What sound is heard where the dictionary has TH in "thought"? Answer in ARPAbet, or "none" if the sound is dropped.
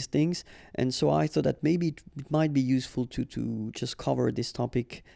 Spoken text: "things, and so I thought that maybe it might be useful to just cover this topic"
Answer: TH